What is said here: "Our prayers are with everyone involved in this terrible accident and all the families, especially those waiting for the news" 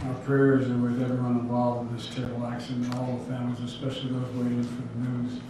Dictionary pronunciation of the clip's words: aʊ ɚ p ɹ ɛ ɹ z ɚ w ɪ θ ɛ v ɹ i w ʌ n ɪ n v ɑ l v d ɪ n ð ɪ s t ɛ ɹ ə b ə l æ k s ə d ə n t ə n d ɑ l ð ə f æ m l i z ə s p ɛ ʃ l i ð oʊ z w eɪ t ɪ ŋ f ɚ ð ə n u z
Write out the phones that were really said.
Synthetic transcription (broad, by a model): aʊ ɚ p ɹ ɛ ɹ z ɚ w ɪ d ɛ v i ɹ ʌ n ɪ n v ɑ l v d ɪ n ð ɪ s t ɛ ə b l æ k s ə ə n ə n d ɑ l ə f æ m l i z ə s p ɛ ʃ l i ð oʊ z w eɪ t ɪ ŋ f ɚ ð ə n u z